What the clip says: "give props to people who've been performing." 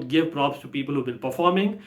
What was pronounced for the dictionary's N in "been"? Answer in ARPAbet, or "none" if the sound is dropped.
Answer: L